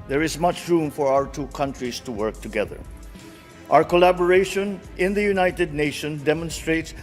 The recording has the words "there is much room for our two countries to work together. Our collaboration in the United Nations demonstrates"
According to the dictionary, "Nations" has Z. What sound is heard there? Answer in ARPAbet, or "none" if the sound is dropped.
none